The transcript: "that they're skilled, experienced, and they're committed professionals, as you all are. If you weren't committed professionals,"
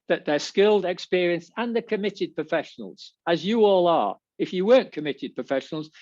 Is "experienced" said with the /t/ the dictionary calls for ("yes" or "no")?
no